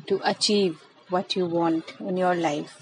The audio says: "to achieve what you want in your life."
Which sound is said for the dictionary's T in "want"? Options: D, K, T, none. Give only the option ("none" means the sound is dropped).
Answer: T